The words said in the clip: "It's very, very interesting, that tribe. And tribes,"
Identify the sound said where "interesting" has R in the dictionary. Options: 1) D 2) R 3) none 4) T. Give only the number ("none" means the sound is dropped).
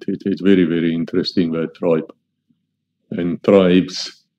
2